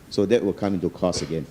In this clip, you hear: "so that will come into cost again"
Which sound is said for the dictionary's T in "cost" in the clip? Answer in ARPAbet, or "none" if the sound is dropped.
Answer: none